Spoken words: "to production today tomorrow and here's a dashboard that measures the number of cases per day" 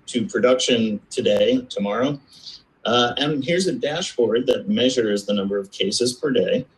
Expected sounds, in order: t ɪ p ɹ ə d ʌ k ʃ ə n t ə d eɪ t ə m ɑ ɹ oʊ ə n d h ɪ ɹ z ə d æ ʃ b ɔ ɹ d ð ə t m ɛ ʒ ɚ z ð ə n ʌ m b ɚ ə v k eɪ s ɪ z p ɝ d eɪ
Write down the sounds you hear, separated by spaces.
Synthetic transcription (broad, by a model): t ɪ p ɹ ə d ʌ k ʃ ə n t ə d eɪ t ə m ɑ ɹ oʊ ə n h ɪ ɹ z ə d æ ʃ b ɔ ɹ d ð ə t m ɛ ʒ ɚ z ð ə n ʌ m b ɚ ə v k eɪ s ɪ z p ɝ d eɪ